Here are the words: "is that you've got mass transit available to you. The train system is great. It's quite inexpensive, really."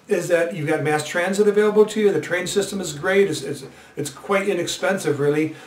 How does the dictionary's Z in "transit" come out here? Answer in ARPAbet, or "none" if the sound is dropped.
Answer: Z